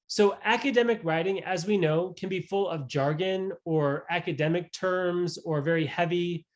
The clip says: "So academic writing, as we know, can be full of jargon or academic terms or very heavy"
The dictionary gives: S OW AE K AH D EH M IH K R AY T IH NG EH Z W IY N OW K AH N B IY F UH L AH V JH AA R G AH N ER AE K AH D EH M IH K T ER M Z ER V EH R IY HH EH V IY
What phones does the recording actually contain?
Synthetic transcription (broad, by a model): S OW AE K AH D EH M IH K R AY T IH NG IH Z W IY N OW K AH N B IY F UH L AH V JH AA R G AH N ER AE K AH D EH M IH K T ER M Z ER V EH R IY HH EH V IY